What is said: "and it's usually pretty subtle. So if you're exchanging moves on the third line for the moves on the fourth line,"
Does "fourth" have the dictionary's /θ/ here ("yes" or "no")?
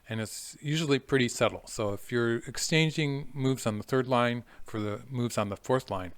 yes